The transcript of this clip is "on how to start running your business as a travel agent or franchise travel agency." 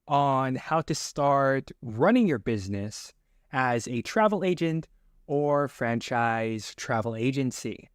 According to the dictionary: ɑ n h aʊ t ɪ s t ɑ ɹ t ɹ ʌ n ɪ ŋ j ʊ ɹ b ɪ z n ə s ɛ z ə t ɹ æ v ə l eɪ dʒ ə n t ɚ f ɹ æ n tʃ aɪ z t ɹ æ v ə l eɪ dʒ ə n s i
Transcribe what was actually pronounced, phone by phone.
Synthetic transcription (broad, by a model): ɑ n h aʊ t ɪ s t ɑ ɹ t ɹ ʌ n ɪ ŋ j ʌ ɹ b ɪ z n ə s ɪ z ə t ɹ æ v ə l eɪ dʒ ə n t ɚ f ɹ æ n tʃ aɪ z t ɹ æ v l eɪ dʒ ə n s i